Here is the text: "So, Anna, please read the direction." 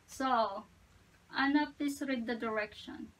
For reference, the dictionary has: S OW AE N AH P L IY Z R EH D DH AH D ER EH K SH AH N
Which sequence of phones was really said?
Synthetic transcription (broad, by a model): S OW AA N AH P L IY S R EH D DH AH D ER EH K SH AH N